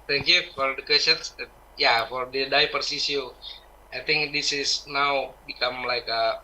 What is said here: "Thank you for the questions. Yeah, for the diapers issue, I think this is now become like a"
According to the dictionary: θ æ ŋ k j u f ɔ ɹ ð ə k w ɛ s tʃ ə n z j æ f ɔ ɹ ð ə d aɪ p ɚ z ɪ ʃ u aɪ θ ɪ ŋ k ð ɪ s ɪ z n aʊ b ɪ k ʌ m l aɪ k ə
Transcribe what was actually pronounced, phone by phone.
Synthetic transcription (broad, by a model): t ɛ ŋ k j u f ɔ ɹ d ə k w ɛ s ə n s j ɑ f ɔ ɹ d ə d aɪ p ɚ s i s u aɪ t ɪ ŋ k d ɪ s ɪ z n aʊ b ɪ k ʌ m l aɪ k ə